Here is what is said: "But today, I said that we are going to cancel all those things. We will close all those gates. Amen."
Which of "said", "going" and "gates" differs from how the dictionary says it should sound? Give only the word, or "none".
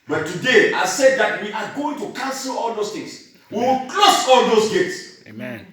none